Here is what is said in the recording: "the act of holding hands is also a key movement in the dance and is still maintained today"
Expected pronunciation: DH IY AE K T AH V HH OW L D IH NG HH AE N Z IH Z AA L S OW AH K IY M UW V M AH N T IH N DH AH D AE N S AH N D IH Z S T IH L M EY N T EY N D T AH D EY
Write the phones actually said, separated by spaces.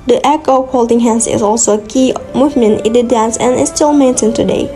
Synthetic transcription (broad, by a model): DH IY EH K AH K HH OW L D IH NG HH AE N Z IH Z AA L S OW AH K IY M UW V M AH N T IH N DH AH D AE N S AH N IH S T IH L M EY N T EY N T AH D EY